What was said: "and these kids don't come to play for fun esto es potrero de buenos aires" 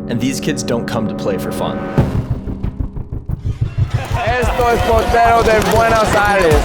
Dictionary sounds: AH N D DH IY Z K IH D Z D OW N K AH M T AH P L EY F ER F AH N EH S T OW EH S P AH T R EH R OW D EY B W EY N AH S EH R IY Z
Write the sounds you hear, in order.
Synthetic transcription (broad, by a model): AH N DH IY Z K IH D Z D OW N K AH M T AH P L EY F ER F AH N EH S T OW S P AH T EH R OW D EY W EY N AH S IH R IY